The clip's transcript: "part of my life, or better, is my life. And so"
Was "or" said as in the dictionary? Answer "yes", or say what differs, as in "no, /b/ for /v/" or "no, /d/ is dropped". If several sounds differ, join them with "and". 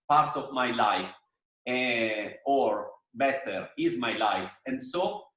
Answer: yes